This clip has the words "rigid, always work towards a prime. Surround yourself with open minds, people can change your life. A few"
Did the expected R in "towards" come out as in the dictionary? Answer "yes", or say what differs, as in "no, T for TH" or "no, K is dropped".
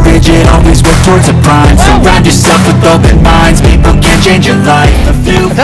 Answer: yes